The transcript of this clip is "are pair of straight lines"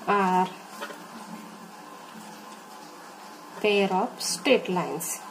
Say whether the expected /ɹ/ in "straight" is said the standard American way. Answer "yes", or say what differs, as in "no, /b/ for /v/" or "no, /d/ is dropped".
no, /ɹ/ is dropped